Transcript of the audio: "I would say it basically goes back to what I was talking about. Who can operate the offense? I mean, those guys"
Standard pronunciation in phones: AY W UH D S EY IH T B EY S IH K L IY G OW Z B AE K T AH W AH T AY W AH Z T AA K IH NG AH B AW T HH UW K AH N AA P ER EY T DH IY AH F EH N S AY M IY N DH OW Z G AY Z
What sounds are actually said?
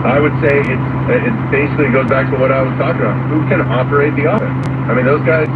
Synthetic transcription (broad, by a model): AY W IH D S EY IH T B EY S IH K L IY G OW Z B AE K T AH W AH T AY W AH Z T AA K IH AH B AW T HH UW K AH N AA P ER EY T DH IY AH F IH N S AY M IY N DH OW Z G AY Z